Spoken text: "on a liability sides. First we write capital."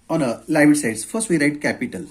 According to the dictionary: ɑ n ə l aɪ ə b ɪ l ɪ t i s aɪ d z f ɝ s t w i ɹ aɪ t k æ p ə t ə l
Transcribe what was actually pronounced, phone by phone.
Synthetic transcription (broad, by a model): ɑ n ə l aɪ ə ɪ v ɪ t s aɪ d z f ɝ s t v i ɹ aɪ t k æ p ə t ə l